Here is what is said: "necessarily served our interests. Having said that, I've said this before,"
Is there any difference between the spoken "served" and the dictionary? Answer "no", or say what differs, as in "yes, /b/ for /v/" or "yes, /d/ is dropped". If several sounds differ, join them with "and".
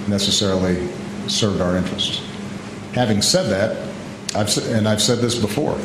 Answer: yes, /d/ is dropped